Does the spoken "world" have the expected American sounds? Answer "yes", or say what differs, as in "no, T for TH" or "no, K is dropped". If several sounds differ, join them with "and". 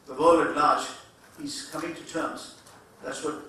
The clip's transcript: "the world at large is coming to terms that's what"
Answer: no, D is dropped